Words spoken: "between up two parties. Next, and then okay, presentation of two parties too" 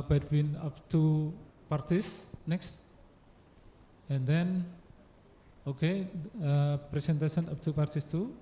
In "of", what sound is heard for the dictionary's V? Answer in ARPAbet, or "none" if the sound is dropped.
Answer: P